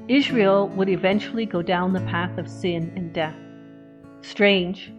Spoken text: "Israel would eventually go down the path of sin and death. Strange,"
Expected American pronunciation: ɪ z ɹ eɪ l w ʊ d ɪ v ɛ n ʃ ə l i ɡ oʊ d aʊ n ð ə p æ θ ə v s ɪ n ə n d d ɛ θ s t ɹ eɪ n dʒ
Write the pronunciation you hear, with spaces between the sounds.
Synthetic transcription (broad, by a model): ɪ z ɹ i l w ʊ d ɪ v ɛ n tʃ l i ɡ oʊ d aʊ n ð ə p æ θ ə v s ɪ n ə n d d ɛ θ s t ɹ eɪ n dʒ